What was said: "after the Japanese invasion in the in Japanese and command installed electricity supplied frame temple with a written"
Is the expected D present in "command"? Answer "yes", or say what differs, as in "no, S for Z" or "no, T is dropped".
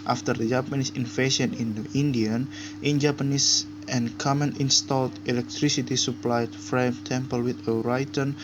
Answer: no, D is dropped